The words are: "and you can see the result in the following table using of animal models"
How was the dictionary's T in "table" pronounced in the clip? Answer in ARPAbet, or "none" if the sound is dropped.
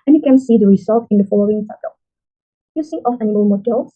S